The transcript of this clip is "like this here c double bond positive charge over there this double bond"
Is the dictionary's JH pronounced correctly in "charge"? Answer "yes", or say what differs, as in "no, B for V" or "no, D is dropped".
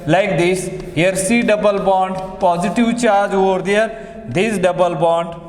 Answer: yes